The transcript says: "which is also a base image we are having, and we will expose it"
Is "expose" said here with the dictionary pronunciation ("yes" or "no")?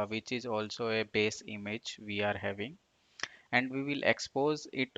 yes